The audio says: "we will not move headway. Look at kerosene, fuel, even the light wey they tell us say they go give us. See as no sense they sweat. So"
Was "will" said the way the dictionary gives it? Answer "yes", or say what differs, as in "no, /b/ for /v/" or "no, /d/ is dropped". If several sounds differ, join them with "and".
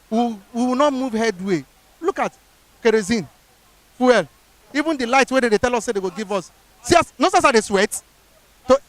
no, /w/ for /l/